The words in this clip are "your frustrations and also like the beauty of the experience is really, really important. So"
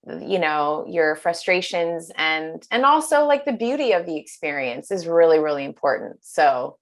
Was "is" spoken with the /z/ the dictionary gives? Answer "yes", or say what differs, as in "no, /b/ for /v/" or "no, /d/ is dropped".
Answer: yes